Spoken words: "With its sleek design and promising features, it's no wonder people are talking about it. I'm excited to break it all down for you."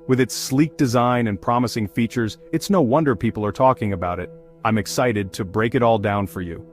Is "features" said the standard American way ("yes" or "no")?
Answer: yes